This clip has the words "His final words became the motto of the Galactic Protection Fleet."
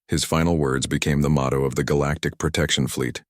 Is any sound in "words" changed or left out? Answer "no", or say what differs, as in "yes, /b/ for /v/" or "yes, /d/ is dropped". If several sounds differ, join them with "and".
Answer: no